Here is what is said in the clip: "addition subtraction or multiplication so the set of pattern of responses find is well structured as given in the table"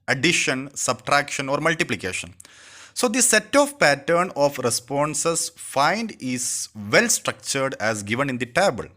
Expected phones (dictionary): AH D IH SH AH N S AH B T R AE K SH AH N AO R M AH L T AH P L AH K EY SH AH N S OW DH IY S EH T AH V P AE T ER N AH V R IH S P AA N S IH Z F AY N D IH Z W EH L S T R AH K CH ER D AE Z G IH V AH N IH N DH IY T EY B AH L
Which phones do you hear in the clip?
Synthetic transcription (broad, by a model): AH D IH SH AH N S AH B T R AE K SH AH N AO R M AH L T AH P L AH K EY SH AH N S OW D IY S EH T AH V P AE T ER N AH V R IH S P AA N S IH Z F AY N D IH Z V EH L S T R AH K CH ER D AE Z G IH V AH N IH N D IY T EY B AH L